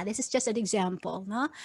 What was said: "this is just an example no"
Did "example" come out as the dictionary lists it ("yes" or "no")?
yes